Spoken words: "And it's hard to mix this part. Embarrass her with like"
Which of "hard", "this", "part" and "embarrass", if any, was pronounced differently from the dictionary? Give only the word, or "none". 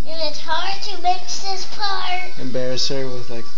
part